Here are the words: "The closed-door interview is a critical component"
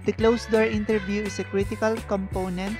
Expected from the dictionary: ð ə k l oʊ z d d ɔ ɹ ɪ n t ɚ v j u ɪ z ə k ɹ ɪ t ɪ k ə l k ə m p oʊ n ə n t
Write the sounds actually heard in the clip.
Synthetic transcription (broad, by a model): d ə k l oʊ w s d ɔ ɹ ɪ n t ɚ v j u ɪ s ə k ɹ ɪ t ɪ k ə l k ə m p oʊ n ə n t